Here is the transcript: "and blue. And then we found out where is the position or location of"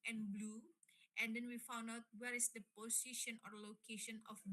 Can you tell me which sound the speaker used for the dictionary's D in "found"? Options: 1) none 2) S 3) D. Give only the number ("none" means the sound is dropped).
3